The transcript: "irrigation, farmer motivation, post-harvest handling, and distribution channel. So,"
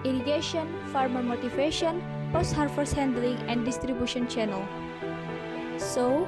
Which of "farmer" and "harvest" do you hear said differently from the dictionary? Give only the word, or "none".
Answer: harvest